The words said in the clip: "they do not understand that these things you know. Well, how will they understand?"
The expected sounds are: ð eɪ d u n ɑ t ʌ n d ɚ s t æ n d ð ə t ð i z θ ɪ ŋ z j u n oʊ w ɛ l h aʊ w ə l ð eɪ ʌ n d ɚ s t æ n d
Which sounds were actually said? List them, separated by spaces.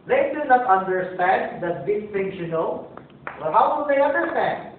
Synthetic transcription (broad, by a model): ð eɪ d u n ɑ t ʌ n d ɚ s t æ n d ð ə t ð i s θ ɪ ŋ s j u n oʊ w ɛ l h aʊ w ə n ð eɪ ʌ n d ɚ s t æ n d